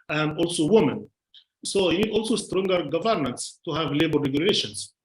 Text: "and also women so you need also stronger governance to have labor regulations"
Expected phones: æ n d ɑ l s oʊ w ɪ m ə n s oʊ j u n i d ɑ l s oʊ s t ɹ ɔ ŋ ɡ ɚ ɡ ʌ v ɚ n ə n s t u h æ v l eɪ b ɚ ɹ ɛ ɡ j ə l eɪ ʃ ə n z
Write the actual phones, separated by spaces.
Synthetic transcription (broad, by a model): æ n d ɑ l s oʊ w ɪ m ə n s oʊ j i n i d ɑ l s oʊ s t ɹ ɔ ŋ ɡ ɚ ɡ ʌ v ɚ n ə n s t u h æ v l eɪ b ɚ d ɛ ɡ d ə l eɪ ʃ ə n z